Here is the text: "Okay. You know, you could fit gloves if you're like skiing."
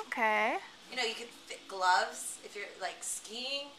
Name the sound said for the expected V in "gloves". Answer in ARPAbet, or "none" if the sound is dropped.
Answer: V